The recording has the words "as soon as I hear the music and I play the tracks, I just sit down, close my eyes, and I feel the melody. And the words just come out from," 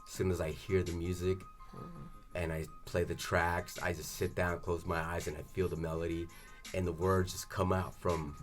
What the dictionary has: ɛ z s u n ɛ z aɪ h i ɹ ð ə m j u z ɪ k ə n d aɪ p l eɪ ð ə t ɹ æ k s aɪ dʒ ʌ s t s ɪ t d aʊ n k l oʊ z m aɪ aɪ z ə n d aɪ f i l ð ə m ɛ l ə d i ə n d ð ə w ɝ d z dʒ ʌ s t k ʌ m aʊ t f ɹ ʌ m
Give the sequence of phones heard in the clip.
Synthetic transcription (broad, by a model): s u n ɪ z aɪ h i ɹ ð ə m j u z ɪ k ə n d aɪ p l eɪ ð ə t ɹ æ k s aɪ dʒ ʌ s t s ɪ t d aʊ n k l oʊ z m aɪ aɪ z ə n aɪ f i l ð ə m ɛ l ə d i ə n ð ə w ɝ d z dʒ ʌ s k ʌ m aʊ t f ɹ ʌ m